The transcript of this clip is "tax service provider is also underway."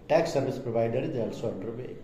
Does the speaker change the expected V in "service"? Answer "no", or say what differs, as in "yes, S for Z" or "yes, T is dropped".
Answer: yes, B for V